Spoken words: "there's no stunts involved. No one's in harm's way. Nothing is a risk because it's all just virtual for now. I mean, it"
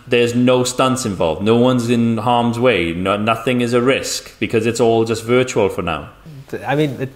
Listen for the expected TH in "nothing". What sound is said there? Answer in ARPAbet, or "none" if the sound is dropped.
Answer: TH